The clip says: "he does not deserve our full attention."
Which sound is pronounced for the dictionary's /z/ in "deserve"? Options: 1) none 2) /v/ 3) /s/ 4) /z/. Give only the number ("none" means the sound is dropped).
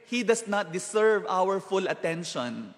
3